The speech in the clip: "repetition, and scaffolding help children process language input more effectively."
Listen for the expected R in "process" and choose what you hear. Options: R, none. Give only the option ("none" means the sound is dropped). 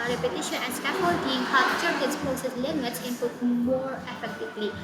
none